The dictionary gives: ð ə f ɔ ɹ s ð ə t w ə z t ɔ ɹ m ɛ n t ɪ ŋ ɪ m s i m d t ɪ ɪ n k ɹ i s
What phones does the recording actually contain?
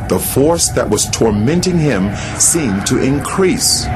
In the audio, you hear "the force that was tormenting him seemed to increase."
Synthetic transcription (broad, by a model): ð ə f ɔ ɹ s ð ə t w ə z t ɔ ɹ m ɛ n t ɪ ŋ ɪ m s i m t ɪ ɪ n k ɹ i s